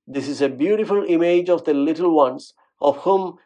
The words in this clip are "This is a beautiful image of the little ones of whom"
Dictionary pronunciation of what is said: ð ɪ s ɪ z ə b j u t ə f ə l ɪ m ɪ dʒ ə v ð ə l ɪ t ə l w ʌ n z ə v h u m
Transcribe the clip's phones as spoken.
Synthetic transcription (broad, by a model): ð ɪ s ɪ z ə b j u t ə f ə l ɪ m ɪ dʒ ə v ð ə l ɪ t ə l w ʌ n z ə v h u m